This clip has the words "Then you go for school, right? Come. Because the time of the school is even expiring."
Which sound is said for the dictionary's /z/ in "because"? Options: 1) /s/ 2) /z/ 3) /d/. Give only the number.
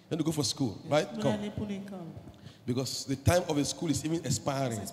1